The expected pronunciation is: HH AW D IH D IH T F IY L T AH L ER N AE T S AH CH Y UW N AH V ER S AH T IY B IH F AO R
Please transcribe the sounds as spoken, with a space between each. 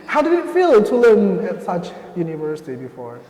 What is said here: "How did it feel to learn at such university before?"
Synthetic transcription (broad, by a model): HH AW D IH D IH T F IY L T AH L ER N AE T S AH CH Y UW N AH V ER S AH T IY B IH F AO R